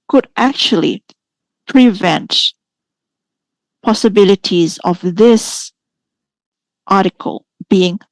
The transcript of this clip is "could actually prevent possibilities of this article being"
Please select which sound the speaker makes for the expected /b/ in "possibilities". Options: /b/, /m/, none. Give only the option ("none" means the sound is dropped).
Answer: /b/